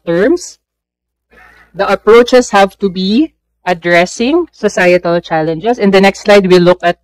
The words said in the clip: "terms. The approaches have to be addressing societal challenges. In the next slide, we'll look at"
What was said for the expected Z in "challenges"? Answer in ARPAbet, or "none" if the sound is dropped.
S